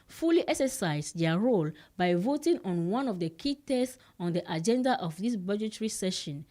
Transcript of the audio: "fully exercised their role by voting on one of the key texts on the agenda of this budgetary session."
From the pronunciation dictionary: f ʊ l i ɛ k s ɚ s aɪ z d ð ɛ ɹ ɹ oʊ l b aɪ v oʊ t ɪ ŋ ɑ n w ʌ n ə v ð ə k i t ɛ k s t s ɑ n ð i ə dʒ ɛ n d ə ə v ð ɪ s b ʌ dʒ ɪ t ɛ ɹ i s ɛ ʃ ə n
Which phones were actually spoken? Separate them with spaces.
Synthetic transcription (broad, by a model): f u l i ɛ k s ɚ s aɪ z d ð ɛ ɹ ɹ oʊ l b aɪ v oʊ t ɪ ŋ ɑ n w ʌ n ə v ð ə k i t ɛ s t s ɑ n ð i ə dʒ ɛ n d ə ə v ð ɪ s b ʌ dʒ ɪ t ɹ i s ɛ ʃ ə n